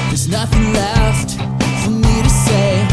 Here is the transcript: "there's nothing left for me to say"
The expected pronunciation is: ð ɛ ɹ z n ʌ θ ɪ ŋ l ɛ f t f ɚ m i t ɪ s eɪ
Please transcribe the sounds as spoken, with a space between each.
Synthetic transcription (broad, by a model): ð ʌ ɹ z n ʌ θ ɪ ŋ l ɛ f t f ɚ m i t ɪ s eɪ